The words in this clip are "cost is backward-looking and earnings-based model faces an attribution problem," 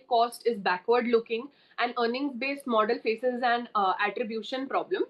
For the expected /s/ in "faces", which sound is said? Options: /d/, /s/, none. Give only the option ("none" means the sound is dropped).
/s/